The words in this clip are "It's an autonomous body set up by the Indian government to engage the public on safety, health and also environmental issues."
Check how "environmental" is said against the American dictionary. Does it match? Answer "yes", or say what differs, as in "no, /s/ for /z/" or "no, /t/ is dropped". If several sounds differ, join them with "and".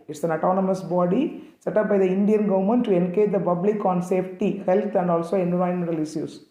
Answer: no, /v/ is dropped